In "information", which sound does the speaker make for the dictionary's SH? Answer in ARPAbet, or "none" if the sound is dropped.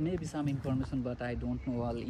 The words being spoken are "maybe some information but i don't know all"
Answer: S